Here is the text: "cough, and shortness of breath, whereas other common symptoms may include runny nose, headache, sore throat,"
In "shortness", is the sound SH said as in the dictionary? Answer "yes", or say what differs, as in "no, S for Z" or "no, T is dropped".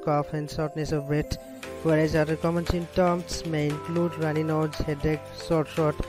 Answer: no, S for SH